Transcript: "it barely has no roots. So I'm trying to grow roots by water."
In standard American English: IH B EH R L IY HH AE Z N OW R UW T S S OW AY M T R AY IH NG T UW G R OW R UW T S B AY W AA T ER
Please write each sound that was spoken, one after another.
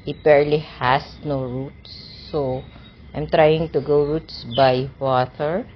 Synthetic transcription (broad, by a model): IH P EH R L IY HH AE S N OW R UW T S S OW AY M T R AY IH NG T UW G OW R UW T S B AY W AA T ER